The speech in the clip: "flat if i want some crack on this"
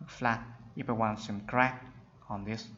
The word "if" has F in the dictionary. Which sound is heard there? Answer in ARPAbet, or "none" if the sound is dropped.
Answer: P